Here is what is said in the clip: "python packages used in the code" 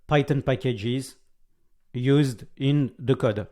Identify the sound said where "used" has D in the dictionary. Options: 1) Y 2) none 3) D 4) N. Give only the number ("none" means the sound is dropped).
3